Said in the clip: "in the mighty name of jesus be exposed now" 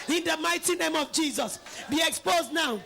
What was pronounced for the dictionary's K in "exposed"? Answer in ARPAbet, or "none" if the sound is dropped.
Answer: K